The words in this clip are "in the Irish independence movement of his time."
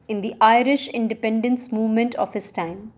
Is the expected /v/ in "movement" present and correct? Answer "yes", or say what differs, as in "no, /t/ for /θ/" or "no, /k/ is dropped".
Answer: yes